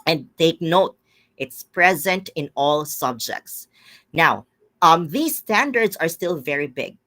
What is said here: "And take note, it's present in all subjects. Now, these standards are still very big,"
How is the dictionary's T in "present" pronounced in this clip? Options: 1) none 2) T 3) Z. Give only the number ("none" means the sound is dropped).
2